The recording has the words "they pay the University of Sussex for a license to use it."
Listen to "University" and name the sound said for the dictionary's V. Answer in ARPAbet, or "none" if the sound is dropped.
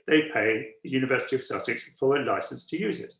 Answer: V